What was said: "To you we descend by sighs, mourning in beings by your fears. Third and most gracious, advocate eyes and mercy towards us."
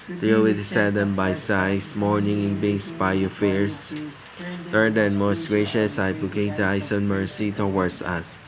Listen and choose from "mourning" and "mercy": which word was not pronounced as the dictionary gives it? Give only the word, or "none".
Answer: none